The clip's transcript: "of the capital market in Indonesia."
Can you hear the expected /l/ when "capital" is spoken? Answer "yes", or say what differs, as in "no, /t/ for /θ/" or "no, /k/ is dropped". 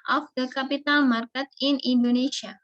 no, /n/ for /l/